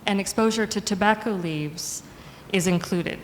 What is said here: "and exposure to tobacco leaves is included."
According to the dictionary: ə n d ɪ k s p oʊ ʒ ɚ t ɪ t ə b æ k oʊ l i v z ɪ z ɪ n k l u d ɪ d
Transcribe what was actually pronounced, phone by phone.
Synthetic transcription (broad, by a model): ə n ɪ k s p oʊ ʒ ɚ t ɪ t ə b æ k oʊ l i v z ɪ z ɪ n k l u d ɪ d